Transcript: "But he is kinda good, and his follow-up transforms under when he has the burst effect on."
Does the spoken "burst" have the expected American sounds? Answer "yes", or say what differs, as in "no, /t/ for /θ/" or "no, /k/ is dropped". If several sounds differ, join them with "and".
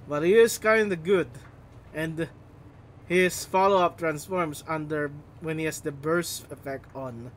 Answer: no, /t/ is dropped